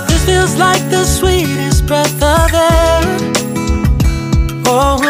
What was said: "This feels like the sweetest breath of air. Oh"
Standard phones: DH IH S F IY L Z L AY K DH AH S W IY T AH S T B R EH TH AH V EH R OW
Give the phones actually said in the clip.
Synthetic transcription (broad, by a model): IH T F IY L Z L AY K DH AH S W IY T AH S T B R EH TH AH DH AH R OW